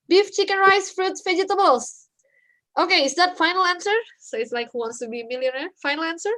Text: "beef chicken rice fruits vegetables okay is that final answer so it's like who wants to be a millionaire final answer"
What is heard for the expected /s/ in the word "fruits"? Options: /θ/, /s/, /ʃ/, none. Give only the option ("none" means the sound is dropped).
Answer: none